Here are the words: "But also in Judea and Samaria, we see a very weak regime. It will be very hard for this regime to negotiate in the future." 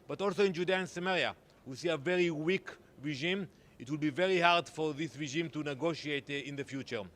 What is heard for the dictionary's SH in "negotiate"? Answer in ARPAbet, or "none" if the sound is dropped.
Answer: SH